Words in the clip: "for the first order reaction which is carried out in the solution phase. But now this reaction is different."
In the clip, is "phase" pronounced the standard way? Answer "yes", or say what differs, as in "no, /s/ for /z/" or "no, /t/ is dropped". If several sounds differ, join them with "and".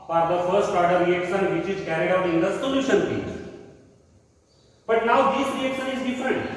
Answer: no, /p/ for /f/ and /z/ is dropped